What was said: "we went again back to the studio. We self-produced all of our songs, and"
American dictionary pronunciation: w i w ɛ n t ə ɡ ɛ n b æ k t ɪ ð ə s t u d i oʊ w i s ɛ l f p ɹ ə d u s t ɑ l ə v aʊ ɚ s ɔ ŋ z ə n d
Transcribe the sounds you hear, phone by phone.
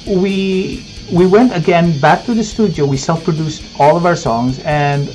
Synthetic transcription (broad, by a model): w i w ɛ n t ə ɡ ɛ n b æ k t ɪ ð ə s t u d i oʊ w i s ɛ l f p ɹ ə d u s t ɑ l ə v aʊ ɚ s ɔ ŋ z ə n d